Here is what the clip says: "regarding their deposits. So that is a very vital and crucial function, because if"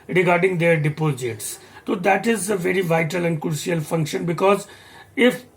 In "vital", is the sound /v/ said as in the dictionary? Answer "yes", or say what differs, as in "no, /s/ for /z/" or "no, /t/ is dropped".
yes